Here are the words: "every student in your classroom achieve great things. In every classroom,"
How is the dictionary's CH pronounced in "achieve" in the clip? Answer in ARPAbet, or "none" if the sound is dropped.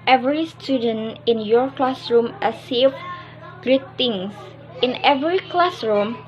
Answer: S